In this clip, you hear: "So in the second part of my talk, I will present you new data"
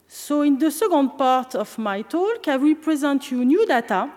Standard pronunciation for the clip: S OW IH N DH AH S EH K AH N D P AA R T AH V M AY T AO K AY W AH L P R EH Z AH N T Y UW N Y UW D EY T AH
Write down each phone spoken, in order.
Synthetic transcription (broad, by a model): S OW IH N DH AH S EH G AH N D P AA R T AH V M AY T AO K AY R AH P R EH Z AH N T Y UW N Y UW D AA T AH